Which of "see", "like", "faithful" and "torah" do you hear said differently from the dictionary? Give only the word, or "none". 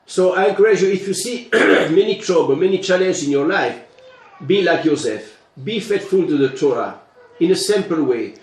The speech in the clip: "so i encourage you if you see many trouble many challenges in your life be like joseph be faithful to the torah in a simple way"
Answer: faithful